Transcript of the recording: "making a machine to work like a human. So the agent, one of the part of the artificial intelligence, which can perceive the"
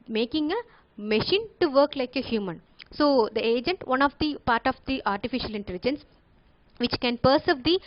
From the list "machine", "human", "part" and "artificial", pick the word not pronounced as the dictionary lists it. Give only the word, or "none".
none